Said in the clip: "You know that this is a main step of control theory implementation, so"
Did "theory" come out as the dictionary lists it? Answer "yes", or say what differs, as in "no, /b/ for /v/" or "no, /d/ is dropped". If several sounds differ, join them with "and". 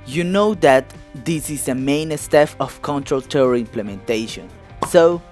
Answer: no, /t/ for /θ/